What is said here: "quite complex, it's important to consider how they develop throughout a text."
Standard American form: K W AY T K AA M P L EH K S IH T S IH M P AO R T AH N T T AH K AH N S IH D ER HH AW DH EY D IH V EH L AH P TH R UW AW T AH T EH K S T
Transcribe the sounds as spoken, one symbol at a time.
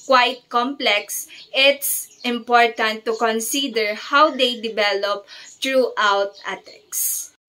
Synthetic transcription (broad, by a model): K W AY T K AA M P L EH K S IH T S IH M P AO R T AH N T T AH K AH N S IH D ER HH AW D EY D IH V EH L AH P T R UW AW T AH T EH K S